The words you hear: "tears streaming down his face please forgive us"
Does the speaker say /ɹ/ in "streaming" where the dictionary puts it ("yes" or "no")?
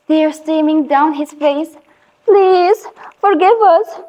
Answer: no